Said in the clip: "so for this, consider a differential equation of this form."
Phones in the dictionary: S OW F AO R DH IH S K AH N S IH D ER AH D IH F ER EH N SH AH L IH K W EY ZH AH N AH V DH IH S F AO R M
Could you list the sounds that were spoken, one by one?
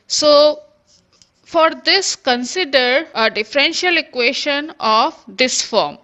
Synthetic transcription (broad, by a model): S OW F AO R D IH S K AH N S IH D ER AH D IH F ER EH N SH AH L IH K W EY SH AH N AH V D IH S F AO R M